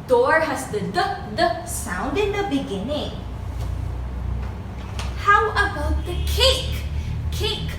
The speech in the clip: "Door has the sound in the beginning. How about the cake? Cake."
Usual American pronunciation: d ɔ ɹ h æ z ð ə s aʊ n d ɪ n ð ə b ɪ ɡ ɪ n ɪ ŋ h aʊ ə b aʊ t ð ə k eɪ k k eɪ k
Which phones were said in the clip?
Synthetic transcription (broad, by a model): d ɔ ɹ h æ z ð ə s aʊ n d ɪ n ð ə b ɪ ɡ ɪ n ɪ ŋ h aʊ ə b aʊ t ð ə k eɪ k k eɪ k